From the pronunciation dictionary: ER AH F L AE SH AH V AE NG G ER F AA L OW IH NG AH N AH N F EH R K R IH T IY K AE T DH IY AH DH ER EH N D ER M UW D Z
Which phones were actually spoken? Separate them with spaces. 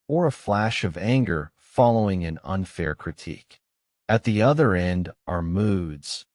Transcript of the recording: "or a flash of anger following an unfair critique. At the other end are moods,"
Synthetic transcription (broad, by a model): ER AH F L AE SH AH V AE NG G ER F AA L OW IH NG AH N AH N F EH R K R IH T IY K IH T DH IY AH DH ER EH N D ER M UW D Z